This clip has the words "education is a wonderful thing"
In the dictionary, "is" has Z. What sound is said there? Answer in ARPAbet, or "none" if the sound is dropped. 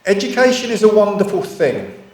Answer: Z